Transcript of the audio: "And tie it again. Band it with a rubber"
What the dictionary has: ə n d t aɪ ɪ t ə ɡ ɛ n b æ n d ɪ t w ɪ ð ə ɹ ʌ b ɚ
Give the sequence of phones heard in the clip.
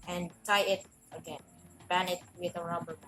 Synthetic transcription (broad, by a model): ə n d t aɪ ɪ t ə ɡ ɛ n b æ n ɪ t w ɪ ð ə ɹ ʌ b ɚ